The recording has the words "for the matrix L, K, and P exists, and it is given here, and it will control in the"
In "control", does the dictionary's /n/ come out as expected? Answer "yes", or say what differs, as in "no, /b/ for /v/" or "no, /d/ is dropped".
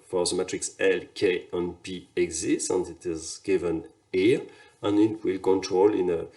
yes